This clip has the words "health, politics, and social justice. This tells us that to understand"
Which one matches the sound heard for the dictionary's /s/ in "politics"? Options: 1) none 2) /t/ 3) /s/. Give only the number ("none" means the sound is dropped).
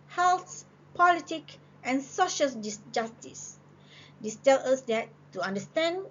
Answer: 1